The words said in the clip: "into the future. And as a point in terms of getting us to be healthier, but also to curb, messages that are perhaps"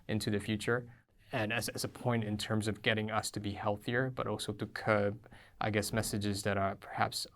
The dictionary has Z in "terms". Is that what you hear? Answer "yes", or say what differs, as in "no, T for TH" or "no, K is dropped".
yes